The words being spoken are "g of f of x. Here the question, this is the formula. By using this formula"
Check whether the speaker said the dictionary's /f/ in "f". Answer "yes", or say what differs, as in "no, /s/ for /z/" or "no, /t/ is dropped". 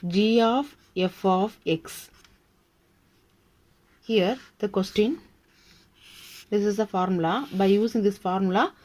yes